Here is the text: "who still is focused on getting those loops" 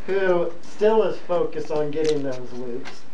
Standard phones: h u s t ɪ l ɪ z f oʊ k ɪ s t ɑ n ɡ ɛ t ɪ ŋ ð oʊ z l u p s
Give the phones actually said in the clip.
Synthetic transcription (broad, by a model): h u s t ɪ l ɪ z f oʊ k ɪ s t n ɡ ɛ t ɪ ŋ ð oʊ z l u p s